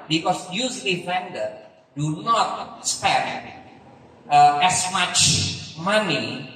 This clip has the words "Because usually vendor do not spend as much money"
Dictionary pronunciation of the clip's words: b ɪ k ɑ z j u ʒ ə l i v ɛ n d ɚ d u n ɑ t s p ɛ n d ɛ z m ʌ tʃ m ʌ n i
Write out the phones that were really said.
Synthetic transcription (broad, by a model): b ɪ k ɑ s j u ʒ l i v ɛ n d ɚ d u n ɑ t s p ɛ d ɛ s m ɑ tʃ m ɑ n i